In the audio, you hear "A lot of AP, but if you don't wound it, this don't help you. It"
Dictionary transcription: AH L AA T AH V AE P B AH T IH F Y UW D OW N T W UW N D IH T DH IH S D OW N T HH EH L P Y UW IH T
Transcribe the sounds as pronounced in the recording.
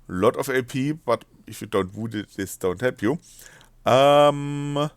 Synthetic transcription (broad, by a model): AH L AA T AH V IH P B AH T IH F Y UW D OW N T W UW D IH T DH IH S D OW N T HH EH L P Y UW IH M